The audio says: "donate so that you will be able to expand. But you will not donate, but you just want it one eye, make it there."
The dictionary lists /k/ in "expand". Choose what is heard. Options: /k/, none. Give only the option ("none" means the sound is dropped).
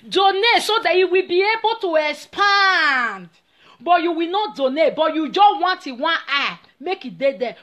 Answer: none